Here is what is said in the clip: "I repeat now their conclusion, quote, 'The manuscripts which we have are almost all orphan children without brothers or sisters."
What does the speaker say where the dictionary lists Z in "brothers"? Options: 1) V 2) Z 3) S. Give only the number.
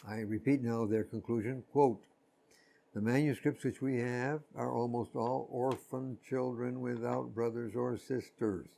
2